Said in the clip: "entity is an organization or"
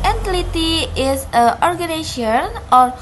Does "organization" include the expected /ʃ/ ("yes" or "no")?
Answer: no